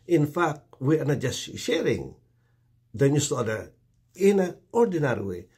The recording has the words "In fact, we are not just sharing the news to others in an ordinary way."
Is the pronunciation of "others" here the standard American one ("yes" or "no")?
no